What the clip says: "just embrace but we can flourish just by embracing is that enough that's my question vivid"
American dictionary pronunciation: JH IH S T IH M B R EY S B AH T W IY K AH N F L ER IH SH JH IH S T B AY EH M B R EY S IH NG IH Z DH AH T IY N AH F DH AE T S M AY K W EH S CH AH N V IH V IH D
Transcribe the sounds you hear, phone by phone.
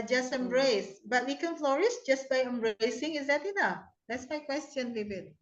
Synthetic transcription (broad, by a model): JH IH S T IH M B R EY S B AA T W IY K AH N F L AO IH S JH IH S B AY EH M B R EY S IH NG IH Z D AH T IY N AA F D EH T S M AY K W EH S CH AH N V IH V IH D